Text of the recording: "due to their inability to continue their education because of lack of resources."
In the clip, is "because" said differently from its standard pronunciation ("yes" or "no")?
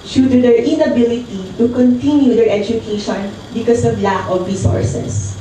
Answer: yes